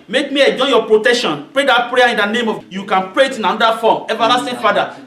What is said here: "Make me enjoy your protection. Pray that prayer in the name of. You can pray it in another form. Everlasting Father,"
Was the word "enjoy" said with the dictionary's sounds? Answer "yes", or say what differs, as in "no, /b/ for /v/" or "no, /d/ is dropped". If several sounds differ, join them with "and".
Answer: no, /n/ is dropped